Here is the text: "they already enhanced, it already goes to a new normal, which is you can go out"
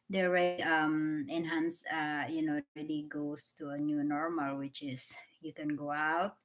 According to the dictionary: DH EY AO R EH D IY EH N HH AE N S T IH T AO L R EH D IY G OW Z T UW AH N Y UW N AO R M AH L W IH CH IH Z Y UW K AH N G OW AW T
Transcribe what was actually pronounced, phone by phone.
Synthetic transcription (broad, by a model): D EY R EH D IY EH N HH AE N S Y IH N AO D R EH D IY G OW S T UW AH N Y UW N AO R M AH L W IH CH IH S Y UW K AH N G OW AW T